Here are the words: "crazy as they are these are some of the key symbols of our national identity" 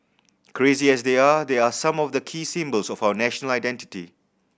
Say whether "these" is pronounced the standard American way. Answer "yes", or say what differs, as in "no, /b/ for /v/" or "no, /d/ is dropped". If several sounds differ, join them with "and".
no, /z/ is dropped